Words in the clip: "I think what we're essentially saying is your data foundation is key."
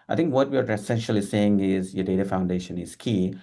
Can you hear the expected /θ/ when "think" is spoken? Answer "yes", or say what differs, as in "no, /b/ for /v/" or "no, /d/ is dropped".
no, /t/ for /θ/